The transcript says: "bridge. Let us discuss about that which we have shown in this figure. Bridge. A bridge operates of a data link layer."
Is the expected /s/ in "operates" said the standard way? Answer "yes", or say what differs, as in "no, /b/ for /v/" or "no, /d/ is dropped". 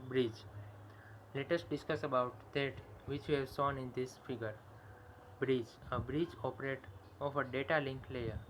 no, /s/ is dropped